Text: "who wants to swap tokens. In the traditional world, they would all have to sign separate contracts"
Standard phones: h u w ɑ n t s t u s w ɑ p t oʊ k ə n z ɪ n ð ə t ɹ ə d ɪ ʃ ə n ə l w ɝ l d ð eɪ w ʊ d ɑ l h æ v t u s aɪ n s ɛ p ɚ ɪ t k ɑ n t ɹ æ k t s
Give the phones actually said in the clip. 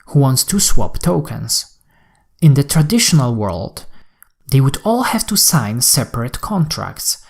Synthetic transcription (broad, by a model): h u w ɑ n t s t u s w ɑ p t oʊ k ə n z ɪ n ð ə t ɹ ə d ɪ ʃ ə n ə l w ɝ l d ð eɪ w ʊ d ɑ l h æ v t u s aɪ n s ɛ p ɚ ɪ t k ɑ n t ɹ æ k t s